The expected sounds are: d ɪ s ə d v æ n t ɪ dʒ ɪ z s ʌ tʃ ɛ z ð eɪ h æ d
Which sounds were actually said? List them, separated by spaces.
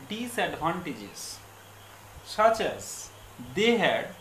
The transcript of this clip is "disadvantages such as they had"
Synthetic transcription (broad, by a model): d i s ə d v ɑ n t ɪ dʒ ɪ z s ʌ tʃ ɛ z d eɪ h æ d